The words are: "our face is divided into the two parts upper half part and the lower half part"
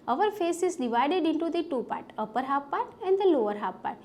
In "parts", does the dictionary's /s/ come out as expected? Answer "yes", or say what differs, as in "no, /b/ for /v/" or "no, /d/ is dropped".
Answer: no, /s/ is dropped